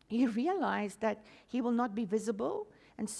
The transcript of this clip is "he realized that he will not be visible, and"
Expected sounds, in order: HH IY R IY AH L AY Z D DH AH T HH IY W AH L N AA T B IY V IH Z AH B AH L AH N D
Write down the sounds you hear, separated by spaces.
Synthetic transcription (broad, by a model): HH IY R IY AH L AY Z DH AH T HH IY W AH L N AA T B IY V IH Z AH B AH L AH N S